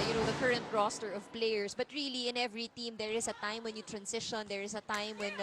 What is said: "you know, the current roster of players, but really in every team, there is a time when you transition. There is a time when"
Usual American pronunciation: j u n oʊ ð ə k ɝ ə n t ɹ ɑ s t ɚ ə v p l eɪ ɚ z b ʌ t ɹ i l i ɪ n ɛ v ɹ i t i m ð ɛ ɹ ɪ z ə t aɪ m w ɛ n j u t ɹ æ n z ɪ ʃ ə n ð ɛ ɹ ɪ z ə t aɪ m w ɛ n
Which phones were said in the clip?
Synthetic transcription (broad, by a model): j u n oʊ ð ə k ɝ ə n t ɹ ɑ s t ɚ ə v p l eɪ ɚ s b ʌ t ɹ i l i ɪ n ɛ v ɹ i t i m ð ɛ ɹ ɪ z ə t aɪ m w ɛ n j u t ɹ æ n s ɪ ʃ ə n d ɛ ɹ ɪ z ə t aɪ m w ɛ n